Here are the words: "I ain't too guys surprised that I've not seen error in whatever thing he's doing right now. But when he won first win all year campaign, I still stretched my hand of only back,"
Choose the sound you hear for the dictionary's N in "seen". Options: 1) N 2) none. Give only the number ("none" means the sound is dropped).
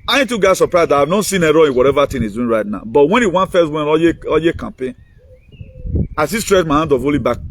1